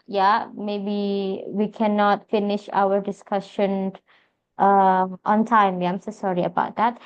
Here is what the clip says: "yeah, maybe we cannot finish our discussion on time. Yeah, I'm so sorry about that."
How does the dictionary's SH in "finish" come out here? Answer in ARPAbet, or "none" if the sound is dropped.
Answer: SH